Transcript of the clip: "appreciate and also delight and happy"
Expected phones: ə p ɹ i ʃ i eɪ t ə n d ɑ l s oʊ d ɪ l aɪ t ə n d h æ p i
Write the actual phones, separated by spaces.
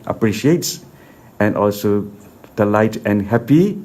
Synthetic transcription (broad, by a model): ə p ɹ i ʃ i eɪ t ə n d ɑ l s oʊ d ɪ l aɪ t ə n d h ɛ p i